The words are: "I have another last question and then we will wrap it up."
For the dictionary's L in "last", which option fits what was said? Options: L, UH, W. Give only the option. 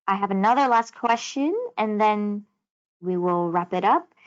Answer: L